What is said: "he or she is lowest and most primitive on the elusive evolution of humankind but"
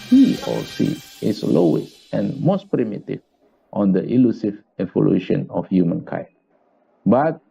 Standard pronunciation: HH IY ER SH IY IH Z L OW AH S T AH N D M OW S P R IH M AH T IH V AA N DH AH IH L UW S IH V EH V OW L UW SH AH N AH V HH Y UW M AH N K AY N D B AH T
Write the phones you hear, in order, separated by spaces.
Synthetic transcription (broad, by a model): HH IY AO S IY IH S L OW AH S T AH N M OW S P R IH M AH T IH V AA N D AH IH L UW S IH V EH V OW L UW SH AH N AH F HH Y UW M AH N K AY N B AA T